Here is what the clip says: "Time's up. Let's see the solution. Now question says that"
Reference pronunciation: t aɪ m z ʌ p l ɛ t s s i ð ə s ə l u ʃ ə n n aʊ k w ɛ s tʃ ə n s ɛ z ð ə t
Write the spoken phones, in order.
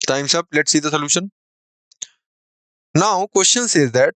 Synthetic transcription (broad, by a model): t aɪ m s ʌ b l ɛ t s s i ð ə s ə l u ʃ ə n n aʊ k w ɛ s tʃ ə n s ɛ z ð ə t